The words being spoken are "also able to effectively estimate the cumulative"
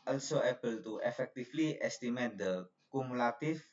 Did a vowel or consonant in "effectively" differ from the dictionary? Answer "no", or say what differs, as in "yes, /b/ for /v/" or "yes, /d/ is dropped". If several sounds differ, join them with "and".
yes, /f/ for /v/